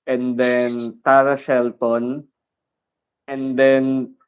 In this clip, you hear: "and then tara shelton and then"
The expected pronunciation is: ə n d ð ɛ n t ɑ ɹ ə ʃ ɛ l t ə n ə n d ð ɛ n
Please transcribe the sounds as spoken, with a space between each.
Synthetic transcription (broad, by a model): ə n d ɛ n t ɑ ɹ ə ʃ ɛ l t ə n ə n d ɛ n